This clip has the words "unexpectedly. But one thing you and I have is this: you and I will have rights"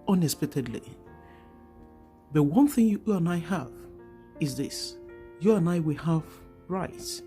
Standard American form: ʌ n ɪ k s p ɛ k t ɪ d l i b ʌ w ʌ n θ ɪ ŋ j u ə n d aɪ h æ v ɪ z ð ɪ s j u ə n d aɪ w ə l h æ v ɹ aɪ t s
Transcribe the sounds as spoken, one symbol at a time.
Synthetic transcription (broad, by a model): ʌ n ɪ s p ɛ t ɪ d l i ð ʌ w ʌ n θ ɪ ŋ j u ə n aɪ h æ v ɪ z ð ɪ s j u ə n aɪ w ə l h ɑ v ɹ aɪ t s